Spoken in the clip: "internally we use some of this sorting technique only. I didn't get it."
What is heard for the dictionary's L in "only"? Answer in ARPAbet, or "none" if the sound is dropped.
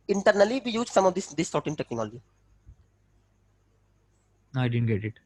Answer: none